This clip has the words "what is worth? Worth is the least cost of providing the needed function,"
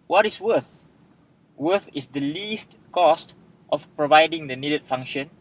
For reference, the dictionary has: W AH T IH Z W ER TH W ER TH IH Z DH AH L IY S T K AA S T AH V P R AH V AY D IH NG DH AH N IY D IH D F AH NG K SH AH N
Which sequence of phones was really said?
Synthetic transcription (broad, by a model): W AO T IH S W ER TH W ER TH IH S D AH L IY S T K AA S T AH F P R AH V AY D IH NG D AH N IY D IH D F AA NG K SH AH N